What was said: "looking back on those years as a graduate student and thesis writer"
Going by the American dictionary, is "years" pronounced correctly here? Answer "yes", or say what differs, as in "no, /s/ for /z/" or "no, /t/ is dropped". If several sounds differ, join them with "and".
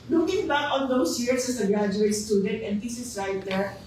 no, /s/ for /z/